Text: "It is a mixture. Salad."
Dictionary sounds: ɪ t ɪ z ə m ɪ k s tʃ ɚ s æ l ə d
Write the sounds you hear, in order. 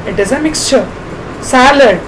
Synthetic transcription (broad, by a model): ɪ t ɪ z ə m ɪ k s tʃ ɚ s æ l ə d